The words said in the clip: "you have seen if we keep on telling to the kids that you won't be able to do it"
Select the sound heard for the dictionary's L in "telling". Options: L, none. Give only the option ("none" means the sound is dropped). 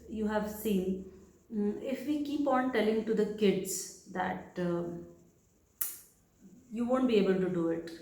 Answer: L